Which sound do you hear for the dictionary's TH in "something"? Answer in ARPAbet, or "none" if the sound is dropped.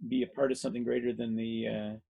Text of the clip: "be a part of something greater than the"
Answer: TH